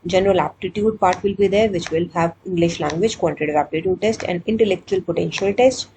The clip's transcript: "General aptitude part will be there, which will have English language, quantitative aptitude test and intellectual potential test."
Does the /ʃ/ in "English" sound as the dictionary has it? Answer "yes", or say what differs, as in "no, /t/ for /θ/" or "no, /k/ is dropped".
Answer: yes